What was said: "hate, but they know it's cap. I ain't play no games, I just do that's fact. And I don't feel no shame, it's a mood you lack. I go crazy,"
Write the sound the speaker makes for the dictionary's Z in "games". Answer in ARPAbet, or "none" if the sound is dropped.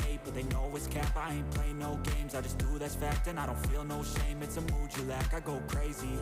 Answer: Z